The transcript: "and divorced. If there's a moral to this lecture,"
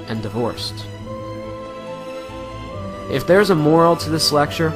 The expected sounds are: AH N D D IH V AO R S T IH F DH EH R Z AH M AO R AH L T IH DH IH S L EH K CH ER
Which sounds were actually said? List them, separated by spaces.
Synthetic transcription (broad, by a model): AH N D D IH V AO R S T IH F DH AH R Z AH M AO R L T IH DH IH S L EH K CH ER